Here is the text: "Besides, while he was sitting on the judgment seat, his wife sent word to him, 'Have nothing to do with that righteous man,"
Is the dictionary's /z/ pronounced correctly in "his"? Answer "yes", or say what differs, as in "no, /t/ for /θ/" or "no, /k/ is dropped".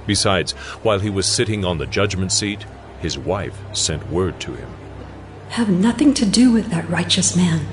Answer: yes